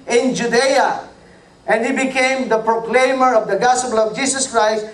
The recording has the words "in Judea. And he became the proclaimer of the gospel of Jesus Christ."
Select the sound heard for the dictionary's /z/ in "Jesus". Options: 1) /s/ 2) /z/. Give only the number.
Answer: 1